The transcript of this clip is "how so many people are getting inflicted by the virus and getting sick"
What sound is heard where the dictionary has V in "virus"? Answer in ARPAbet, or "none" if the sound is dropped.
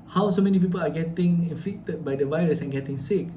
V